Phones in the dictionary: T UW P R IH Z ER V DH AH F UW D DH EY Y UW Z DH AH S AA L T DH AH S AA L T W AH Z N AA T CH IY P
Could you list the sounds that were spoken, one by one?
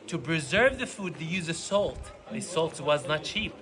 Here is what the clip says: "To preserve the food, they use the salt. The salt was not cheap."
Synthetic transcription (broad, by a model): T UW P R IH Z ER V DH AH F UW D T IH Y UW Z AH S AA L T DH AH S AA L T W AH Z N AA T CH IY P